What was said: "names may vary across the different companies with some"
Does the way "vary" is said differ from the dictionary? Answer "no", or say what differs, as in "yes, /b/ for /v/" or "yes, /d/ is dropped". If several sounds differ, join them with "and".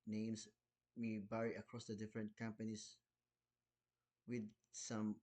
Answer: yes, /b/ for /v/